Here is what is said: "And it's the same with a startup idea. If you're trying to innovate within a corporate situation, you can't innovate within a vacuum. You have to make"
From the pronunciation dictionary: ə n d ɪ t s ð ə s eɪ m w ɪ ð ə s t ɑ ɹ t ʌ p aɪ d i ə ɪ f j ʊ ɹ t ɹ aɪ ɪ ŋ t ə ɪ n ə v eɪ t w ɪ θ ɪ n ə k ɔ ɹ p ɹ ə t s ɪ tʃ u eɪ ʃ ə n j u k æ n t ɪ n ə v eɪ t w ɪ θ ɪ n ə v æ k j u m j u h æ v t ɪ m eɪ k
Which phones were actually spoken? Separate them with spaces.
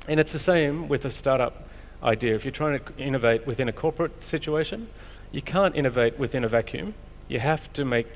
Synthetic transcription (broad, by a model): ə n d ɪ t s ð ə s eɪ m w ɪ ð ə s t ɑ ɹ t ʌ p aɪ d i ə ɪ f j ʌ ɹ t ɹ aɪ ɪ ŋ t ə ɪ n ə v eɪ t w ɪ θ ɪ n ə k ɔ ɹ p ɹ ə t s ɪ tʃ u eɪ ʃ ə n j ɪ k æ n t ɪ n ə v eɪ t w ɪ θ ɪ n ə v æ k j u m j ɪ h æ f t ɪ m eɪ k